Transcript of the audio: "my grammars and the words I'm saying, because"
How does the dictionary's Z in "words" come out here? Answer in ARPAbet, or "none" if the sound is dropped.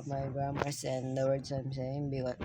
S